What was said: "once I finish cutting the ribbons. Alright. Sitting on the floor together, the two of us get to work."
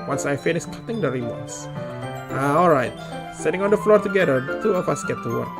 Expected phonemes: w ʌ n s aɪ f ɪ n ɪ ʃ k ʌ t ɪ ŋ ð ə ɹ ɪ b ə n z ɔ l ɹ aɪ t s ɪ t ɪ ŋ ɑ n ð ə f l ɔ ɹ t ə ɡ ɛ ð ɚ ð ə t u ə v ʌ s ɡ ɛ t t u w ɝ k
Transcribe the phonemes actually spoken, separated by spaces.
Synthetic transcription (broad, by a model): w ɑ n s aɪ f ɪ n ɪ s k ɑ t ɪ ŋ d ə ɹ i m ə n s ɔ l ɹ aɪ t s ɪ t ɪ ŋ ɑ n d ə f l ɔ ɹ t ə ɡ ɛ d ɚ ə t u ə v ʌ s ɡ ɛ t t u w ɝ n